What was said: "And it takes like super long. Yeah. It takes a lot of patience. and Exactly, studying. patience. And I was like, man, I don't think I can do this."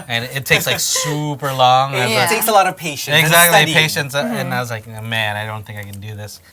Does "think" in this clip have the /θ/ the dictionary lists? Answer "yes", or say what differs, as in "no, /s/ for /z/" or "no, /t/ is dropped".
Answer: yes